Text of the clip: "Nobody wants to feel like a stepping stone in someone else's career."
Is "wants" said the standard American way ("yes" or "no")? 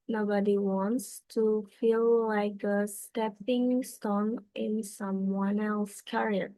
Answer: yes